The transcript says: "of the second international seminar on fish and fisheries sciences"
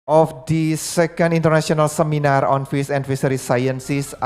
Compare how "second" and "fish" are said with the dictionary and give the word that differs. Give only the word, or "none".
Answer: fish